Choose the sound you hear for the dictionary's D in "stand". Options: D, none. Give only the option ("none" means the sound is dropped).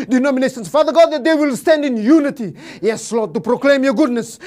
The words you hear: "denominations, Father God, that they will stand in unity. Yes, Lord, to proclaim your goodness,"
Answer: D